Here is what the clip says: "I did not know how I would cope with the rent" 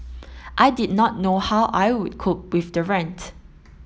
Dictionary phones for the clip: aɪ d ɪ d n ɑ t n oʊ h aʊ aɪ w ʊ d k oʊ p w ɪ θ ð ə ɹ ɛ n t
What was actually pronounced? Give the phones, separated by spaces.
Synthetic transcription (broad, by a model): aɪ d ɪ d n ɑ t n oʊ h aʊ aɪ w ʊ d k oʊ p w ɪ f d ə ɹ ɛ n t